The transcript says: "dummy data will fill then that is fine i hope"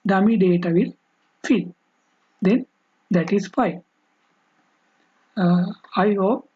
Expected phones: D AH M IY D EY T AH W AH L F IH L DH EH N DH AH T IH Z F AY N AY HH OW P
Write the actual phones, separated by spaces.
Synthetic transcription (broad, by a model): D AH M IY D EY T AH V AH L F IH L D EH N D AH T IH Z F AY AY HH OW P